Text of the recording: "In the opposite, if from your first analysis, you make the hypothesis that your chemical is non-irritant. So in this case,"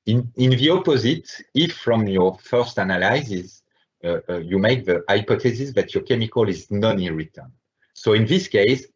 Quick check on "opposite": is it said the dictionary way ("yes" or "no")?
yes